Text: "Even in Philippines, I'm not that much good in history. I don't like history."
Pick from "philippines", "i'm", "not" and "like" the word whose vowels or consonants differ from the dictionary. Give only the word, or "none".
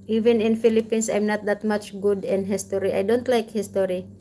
philippines